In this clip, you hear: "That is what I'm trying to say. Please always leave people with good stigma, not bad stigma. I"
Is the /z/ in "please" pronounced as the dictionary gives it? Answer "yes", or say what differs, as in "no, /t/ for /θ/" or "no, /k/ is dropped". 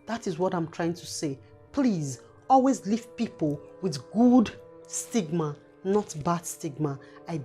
yes